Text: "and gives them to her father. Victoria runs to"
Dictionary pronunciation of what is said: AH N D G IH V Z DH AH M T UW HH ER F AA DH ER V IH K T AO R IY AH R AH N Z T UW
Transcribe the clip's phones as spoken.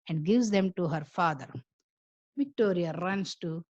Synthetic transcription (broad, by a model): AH N D G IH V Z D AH M T UW HH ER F AA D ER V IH K T AO R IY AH R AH N S T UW